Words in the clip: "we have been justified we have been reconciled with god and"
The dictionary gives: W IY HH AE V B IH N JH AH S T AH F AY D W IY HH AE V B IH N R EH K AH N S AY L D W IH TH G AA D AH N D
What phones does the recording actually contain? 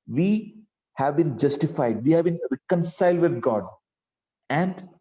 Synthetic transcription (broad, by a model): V IY HH AE V B IH N JH AH S T AH F AY D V IY HH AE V B IH N R EH K AH N S AY L D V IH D G AA D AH N D